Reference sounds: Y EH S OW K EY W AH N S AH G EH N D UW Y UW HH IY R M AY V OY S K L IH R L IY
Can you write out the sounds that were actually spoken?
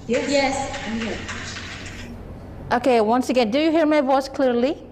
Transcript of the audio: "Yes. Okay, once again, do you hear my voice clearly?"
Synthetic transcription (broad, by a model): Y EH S OW K EY W AH N S AH G EH N D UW Y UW HH IY R M AY V OY S K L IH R L IY